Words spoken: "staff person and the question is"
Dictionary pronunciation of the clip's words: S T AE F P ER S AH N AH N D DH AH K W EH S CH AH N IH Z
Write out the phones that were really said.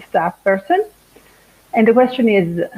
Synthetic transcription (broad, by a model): S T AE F P ER S AH N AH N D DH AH K W EH S CH AH N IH Z